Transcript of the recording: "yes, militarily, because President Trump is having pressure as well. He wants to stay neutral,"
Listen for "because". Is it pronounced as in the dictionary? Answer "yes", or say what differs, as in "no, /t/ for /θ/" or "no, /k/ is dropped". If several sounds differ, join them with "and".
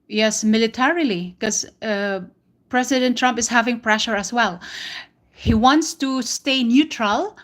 no, /z/ is dropped